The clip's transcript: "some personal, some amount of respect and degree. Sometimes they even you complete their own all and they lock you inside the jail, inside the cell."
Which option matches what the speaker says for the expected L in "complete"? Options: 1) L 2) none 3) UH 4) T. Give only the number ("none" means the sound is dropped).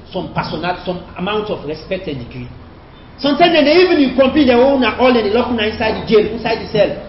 2